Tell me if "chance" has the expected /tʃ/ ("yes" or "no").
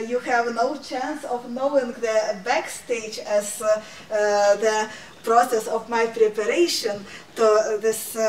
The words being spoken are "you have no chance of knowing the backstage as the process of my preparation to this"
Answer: yes